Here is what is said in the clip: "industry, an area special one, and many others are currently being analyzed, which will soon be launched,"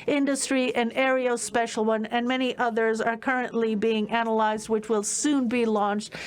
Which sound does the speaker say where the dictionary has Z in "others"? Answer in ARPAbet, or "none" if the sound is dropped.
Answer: Z